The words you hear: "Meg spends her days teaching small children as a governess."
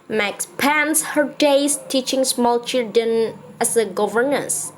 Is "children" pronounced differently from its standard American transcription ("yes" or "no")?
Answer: yes